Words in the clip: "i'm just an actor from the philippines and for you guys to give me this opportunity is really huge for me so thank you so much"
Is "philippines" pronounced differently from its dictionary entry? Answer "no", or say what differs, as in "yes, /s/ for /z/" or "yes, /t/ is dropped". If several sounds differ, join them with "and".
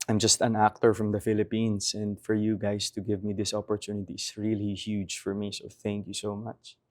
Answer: yes, /s/ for /z/